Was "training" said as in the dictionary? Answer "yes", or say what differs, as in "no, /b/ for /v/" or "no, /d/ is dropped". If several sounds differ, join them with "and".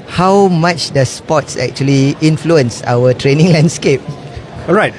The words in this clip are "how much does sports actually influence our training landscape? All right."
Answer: yes